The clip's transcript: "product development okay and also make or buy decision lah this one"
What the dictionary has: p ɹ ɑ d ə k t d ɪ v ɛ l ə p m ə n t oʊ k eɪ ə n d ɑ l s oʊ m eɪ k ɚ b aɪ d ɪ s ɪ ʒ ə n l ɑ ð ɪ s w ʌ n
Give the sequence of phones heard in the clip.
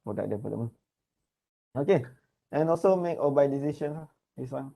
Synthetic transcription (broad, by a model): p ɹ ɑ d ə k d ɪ p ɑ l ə m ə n oʊ k eɪ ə n ɑ l s oʊ m eɪ k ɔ b aɪ d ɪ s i ʃ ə n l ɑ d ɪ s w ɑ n